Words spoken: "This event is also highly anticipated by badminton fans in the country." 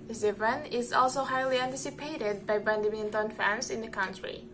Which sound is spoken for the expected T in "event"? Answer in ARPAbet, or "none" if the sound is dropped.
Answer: none